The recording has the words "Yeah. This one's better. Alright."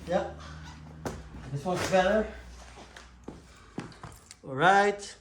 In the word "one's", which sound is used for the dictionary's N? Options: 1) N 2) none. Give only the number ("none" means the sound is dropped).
2